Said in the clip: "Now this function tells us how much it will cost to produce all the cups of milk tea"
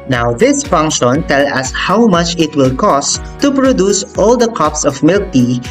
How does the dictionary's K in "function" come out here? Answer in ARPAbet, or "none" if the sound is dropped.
K